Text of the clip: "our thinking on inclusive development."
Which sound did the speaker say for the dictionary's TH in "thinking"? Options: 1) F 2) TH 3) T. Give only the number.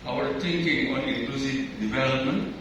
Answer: 3